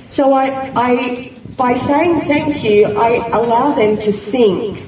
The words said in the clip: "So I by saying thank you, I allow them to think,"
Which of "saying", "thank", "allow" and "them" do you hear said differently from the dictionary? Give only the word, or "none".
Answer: none